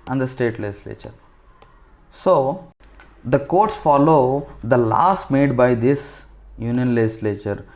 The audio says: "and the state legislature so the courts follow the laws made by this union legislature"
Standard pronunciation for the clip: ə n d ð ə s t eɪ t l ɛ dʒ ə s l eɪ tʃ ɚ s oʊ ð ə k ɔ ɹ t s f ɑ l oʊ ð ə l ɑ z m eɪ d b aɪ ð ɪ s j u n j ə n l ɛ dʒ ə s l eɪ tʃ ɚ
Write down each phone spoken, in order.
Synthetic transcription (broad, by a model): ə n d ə s t eɪ t l ɛ dʒ ə s l eɪ tʃ ɚ s oʊ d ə k ɔ ɹ t s f ɑ l oʊ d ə l ɑ s m eɪ d b aɪ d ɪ s j u n j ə n l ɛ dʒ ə s l eɪ tʃ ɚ